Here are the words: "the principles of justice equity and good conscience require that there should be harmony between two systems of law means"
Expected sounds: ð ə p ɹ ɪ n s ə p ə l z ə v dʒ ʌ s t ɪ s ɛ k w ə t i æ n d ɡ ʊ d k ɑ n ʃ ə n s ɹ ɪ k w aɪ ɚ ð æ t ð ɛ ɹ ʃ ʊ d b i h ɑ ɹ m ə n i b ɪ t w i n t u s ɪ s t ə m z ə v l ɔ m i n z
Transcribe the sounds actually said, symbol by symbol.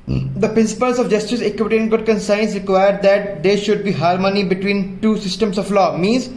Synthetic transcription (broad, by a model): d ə p ɹ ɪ n s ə p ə l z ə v dʒ ʌ s t ɪ s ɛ k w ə t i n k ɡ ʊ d k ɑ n s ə n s ɹ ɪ k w aɪ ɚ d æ t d ɛ ɹ ʃ ʊ d b i h ɑ ɹ m ə n i b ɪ t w i n t u s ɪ s t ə m s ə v l ɔ m i n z